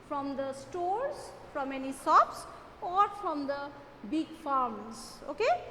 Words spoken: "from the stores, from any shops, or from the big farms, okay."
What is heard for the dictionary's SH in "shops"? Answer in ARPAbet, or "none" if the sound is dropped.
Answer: S